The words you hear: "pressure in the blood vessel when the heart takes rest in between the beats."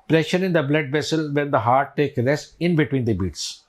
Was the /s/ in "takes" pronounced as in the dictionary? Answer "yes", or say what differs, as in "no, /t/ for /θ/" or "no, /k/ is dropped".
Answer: no, /s/ is dropped